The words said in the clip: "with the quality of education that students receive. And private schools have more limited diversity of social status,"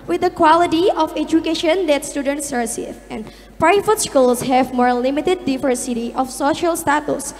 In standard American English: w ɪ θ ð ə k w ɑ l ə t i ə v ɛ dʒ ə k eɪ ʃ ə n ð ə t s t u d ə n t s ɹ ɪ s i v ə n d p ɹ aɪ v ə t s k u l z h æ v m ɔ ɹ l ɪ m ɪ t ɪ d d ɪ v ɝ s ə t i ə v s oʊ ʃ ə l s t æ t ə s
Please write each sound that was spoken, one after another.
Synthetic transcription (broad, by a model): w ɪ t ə k w ɑ l ə t i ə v ɛ dʒ ə k eɪ ʃ ə n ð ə t s t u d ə n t s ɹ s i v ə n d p ɹ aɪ f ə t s k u l s h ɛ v m ɔ ɹ l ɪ m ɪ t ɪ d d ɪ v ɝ s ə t i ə f s oʊ ʃ ə l s t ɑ t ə s